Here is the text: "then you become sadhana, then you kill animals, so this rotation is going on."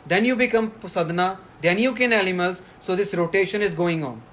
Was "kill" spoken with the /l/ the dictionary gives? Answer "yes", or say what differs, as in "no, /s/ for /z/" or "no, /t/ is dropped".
no, /n/ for /l/